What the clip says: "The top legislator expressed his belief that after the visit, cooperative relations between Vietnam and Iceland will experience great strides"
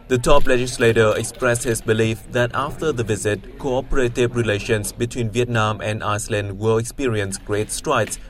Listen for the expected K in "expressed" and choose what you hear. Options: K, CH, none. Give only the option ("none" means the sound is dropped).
K